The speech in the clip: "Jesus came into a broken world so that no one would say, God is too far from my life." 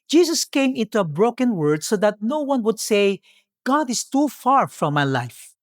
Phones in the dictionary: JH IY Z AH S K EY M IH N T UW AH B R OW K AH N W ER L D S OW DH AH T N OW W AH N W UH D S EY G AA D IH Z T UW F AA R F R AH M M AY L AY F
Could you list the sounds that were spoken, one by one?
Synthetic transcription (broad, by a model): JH IY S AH S K EY M IH N T UW AH B R OW K AH N W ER D S OW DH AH T N OW W AH N W UH D S EY G AA D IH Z T UW F AA R F R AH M M AY L AY F